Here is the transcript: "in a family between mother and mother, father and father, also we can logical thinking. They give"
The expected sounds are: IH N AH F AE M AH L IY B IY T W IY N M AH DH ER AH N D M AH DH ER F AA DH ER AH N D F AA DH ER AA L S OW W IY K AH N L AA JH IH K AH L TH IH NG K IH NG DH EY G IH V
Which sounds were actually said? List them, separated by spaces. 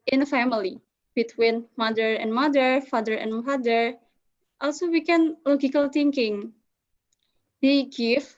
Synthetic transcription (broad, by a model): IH N AH F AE M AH L IY B IY T W IY N M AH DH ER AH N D M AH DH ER F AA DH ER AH N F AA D ER AA L S OW W IY K AH N L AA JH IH K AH L T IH NG K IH NG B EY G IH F